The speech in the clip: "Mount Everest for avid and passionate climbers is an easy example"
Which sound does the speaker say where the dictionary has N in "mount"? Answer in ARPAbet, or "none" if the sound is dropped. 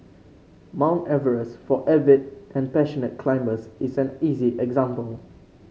N